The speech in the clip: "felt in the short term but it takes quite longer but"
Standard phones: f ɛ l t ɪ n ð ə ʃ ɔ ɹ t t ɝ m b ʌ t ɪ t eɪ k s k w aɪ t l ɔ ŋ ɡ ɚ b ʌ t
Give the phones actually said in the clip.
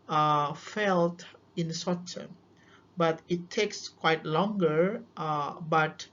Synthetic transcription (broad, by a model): f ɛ l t ɪ n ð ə s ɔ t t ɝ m b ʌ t ɪ t eɪ k s k w aɪ t l ɔ ŋ ɡ ɚ b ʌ t